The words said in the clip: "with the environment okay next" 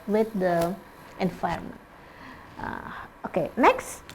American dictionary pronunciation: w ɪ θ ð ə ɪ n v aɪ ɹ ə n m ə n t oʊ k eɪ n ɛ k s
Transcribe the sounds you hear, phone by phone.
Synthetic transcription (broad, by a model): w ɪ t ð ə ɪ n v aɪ ə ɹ m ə n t oʊ k eɪ n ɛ k s